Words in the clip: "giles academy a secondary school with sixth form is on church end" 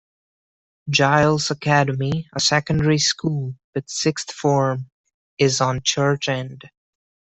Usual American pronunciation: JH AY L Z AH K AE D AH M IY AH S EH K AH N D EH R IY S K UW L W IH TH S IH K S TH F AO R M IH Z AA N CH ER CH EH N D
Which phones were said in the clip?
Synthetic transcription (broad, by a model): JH AY L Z AH K AE D AH M IY AH S EH K AH N D EH R IY S K UW L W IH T S IH K S TH F AO R M IH Z N CH ER CH EH N D